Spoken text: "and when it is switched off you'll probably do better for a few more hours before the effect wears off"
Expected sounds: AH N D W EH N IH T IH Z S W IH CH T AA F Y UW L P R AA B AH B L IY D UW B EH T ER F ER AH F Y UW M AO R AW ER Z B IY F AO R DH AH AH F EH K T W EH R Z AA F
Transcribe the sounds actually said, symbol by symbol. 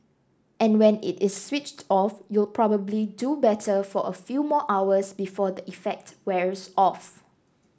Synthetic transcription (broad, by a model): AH N W EH N IH T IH S W IH CH T AA F Y UW L P R AA B AH B L IY D UW B EH T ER F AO AH F Y UW M AO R AW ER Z B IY F AO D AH AH F EH K T W EH R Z AA F